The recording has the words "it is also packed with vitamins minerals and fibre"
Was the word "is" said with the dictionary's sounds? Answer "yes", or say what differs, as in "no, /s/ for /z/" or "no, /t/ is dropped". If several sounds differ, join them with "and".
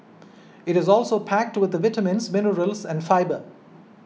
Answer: yes